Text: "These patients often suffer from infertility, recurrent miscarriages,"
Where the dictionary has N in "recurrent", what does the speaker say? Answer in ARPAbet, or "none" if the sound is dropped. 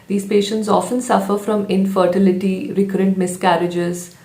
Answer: N